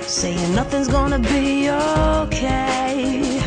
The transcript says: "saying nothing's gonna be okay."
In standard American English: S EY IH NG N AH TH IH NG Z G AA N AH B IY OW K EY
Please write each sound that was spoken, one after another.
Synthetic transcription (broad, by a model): S EY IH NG N AH TH IH NG Z G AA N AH B IY OW K EY